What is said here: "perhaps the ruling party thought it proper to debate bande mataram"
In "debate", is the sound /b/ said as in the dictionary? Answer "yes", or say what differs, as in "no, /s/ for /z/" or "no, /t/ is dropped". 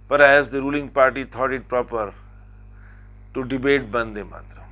yes